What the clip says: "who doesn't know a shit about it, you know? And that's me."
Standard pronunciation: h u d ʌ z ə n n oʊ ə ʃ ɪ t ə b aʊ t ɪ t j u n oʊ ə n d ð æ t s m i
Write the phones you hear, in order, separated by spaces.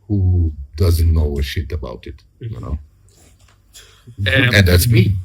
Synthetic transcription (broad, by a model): h u d ʌ z ə n n oʊ ə ʃ ɪ t ə b aʊ t ɪ t j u n oʊ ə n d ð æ t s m i